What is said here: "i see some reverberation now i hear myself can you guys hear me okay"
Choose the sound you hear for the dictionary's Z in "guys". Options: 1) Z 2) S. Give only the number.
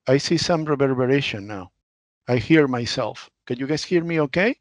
2